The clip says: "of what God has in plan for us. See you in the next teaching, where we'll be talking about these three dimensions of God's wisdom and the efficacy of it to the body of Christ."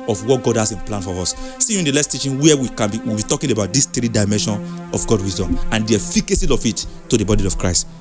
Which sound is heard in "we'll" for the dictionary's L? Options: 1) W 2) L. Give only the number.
1